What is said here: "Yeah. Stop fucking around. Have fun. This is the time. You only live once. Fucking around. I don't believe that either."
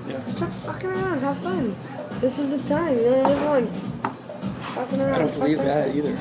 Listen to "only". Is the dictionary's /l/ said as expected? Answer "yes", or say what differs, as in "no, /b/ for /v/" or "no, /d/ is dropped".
no, /n/ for /l/